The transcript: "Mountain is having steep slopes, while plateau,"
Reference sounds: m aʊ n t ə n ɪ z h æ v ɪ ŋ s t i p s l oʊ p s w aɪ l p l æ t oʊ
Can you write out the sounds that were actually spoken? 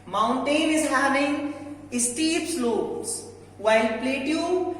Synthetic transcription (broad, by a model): m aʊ n t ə n ɪ z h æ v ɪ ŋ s t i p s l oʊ s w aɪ l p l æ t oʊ